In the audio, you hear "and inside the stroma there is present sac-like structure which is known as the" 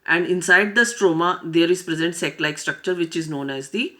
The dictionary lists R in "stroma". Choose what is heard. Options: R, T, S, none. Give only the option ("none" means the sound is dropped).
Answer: R